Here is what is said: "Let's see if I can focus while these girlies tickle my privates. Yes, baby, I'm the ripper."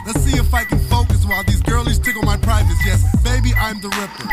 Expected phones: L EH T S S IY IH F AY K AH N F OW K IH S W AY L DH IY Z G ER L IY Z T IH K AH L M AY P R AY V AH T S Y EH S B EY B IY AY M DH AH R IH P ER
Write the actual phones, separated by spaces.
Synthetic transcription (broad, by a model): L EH T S S IY IH F AY K AH N F OW K IH S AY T DH IY Z G ER L IY Z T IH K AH N M AY P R AY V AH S Y EH S B EY B IY AY M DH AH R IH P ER